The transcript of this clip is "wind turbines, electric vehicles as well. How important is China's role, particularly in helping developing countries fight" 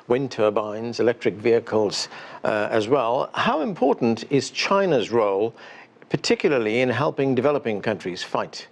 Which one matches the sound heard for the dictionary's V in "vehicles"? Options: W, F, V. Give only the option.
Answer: V